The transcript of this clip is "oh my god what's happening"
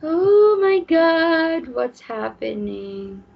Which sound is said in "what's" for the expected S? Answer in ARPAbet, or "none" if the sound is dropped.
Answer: S